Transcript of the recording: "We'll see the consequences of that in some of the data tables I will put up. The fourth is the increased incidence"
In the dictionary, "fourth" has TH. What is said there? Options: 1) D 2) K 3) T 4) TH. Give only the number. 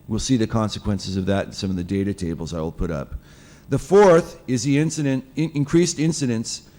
4